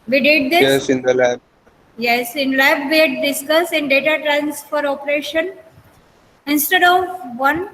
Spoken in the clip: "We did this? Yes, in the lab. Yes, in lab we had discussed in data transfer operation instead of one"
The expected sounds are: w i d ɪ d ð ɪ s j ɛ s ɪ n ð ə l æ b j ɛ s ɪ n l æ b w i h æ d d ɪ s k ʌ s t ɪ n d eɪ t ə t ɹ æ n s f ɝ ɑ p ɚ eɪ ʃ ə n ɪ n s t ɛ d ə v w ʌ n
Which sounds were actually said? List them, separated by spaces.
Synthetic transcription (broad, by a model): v i d ɪ d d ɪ j ɛ s ɪ n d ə l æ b j ɛ s ɪ n l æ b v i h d d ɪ s k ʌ s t ɪ n d eɪ t ə t ɹ æ n s f ɝ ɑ p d eɪ ʃ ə n ɪ n s t ɛ d ə v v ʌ n